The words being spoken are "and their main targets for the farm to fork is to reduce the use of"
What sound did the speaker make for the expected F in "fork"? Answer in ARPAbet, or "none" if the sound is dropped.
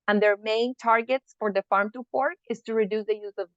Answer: P